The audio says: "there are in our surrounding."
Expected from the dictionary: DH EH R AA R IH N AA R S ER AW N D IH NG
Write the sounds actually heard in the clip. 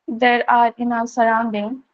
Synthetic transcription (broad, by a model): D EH R AA R IH N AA L S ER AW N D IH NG